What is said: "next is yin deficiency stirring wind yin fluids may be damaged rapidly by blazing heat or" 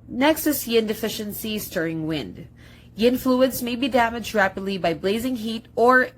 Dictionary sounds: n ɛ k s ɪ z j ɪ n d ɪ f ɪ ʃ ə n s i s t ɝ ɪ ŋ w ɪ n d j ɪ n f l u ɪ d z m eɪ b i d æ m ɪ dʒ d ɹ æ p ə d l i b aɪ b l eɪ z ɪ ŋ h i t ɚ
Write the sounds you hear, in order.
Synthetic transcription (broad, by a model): n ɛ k s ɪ s j ɪ n d ɪ f ɪ ʃ ə n s i s t ɝ ɪ ŋ w ɪ n d j ɪ n f l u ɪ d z m eɪ b i d æ m ɪ dʒ d ɹ æ p ə d l i b aɪ b l eɪ z ɪ ŋ h i t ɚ